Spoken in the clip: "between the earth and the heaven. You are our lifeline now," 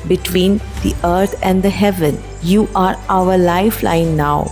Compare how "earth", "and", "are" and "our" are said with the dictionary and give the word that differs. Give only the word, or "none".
earth